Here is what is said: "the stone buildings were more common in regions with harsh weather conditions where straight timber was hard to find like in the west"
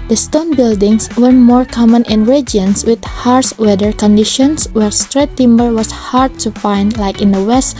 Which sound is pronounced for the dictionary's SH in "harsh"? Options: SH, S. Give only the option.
S